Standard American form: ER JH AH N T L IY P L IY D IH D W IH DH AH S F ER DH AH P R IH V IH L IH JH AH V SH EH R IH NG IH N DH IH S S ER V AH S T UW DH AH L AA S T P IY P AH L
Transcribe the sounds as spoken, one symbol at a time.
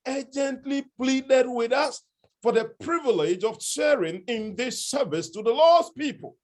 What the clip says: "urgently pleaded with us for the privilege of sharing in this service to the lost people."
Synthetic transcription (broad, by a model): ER JH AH N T L IY P L IY D IH D W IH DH AH S F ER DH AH P R IH V IH L IH JH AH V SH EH R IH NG IH N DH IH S S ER V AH S T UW DH AH L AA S P IY P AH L